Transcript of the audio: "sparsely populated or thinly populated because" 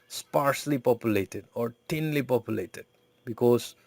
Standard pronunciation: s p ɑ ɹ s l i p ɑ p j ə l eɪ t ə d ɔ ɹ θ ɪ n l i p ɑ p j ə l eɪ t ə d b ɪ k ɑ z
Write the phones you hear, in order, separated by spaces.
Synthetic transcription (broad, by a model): s p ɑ ɹ s l i p ɑ p j ə l eɪ t ə d ɔ ɹ t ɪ n l i p ɑ p j ə l eɪ t ə d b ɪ k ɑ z